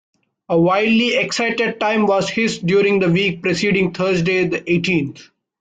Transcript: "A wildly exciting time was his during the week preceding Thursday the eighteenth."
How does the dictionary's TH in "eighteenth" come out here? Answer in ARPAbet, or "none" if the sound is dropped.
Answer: T